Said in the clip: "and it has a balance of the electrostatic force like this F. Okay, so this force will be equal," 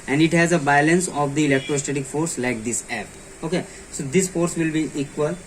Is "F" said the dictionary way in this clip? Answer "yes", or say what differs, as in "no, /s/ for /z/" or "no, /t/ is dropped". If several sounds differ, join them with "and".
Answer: no, /p/ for /f/